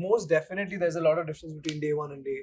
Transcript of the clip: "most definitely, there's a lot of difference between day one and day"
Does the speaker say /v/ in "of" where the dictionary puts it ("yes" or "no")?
yes